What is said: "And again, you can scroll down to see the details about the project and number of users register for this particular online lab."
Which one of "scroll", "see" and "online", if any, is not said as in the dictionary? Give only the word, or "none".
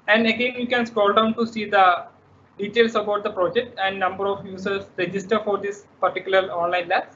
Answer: scroll